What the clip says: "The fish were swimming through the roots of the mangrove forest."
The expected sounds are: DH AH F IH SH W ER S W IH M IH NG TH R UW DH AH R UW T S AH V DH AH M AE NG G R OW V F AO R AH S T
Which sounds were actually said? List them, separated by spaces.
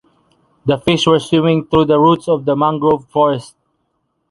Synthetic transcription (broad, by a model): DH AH F IH SH W ER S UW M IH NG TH R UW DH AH R UW T S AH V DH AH M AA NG G R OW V F AO R AH S T